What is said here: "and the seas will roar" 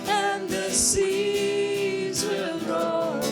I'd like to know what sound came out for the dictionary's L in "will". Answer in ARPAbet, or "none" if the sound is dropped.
N